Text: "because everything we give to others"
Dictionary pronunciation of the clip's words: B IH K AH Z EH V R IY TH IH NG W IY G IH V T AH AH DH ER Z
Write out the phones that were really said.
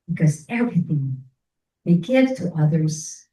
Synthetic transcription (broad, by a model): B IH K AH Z EH V R IY TH IH NG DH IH G IH V T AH AH DH ER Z